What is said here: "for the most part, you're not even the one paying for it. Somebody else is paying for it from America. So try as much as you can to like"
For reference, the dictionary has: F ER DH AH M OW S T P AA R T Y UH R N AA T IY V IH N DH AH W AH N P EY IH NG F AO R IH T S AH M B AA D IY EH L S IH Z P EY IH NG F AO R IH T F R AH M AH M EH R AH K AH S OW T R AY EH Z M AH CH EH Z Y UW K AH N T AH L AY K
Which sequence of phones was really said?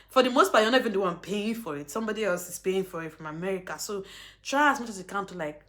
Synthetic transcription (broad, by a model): F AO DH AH M OW S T B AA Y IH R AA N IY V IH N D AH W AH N P EY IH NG F AO R IH T S AH M B AA D IY EH L S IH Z P EY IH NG F AO R IH T F R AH M AH M EH R AH K AH S OW T R AY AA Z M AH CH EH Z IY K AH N T AH L AY K